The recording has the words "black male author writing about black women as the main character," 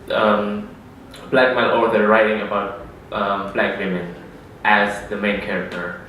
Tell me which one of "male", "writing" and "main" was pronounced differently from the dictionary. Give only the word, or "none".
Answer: male